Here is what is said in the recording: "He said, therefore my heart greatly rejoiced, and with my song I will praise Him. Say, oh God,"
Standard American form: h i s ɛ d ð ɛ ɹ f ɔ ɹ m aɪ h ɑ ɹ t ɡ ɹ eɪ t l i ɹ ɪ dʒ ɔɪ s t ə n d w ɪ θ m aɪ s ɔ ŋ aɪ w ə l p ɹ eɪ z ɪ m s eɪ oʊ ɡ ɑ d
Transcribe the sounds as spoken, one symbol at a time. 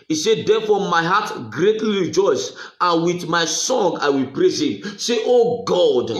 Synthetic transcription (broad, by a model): i s ɛ d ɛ f ɔ m aɪ h ɑ t ɡ ɹ eɪ t l i ɹ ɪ dʒ ɔɪ s ə n w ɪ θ m aɪ s ɔ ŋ aɪ w ə l p ɹ eɪ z ɪ m s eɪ oʊ ɡ ɑ d